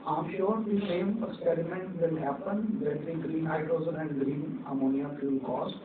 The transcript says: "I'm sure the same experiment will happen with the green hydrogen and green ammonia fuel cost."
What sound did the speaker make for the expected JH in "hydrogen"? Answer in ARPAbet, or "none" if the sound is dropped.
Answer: Z